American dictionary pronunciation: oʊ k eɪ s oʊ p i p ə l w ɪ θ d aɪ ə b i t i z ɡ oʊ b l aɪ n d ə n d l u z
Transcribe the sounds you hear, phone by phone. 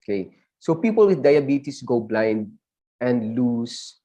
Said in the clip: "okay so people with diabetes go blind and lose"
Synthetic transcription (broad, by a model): k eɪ s oʊ p i p ə l w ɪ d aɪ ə b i t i s ɡ oʊ b l aɪ n d ə n d l u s